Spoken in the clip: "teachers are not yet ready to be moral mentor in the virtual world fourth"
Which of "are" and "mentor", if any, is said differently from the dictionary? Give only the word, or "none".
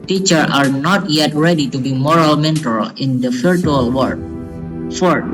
mentor